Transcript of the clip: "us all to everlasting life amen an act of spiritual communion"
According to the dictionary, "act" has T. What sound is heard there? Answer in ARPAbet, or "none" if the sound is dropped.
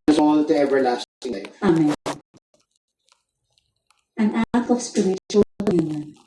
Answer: none